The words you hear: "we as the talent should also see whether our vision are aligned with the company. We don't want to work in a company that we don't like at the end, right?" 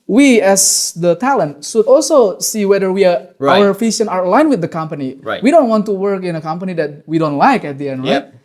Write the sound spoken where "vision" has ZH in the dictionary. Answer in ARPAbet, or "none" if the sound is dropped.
SH